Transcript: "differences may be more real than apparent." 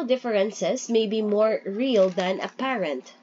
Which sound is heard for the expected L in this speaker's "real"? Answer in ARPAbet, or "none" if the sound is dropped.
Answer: L